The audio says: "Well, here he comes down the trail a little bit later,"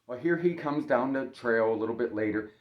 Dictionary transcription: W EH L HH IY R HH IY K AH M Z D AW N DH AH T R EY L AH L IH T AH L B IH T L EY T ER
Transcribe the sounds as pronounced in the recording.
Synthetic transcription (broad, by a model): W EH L HH IY R IY K AH M Z D AW N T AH T R EY L AH L IH T L B IH T L EY T ER